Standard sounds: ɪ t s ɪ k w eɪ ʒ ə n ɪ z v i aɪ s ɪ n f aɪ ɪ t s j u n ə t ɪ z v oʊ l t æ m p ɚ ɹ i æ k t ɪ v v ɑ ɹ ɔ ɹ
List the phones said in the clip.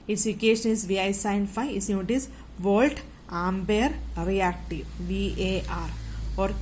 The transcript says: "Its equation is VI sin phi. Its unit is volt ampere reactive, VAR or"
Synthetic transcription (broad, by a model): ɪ t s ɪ k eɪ ʃ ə n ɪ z v i aɪ s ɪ n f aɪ ɪ t s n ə t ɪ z v oʊ l t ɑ m b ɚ ɹ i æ k t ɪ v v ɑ ɹ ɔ ɹ